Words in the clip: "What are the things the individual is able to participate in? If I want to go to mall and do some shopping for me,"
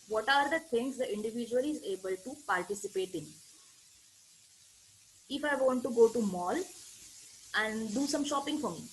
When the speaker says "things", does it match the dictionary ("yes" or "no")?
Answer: no